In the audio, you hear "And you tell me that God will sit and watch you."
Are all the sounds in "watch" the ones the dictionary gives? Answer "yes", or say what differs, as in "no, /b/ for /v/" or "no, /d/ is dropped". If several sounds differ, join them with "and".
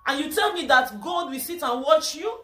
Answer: yes